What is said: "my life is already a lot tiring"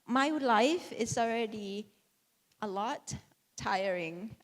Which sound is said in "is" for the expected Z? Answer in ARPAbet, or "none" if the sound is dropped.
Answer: S